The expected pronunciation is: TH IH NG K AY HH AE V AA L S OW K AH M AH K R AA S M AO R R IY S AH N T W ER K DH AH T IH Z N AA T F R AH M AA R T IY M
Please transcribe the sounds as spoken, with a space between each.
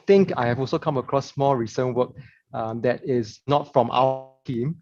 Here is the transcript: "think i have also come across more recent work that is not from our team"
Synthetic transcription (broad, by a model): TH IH NG K AY HH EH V AA L S OW K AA M AH K R AA S M AO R R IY S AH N W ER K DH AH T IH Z N AA T F R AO M AA W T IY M